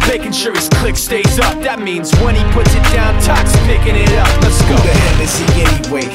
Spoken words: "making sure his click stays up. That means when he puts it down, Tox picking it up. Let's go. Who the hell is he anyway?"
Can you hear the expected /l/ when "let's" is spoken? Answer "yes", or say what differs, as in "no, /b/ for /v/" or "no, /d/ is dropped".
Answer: no, /n/ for /l/